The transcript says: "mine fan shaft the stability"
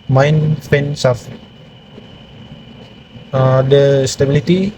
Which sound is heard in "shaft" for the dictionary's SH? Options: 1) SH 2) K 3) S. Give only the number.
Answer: 3